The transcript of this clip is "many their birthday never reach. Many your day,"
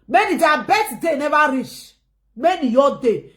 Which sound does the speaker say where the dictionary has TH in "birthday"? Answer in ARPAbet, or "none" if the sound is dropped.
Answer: S